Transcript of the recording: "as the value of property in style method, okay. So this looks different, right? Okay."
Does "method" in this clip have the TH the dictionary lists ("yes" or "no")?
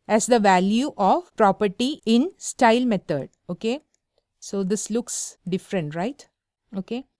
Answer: no